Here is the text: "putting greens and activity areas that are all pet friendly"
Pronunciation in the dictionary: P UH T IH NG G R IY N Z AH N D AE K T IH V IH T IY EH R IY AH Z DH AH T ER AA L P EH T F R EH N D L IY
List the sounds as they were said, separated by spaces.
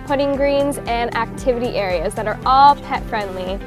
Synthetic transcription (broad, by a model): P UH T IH NG G R IY N Z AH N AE K T IH V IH T IY EH R IY AH Z DH AH T ER AA L P EH T F R EH N D L IY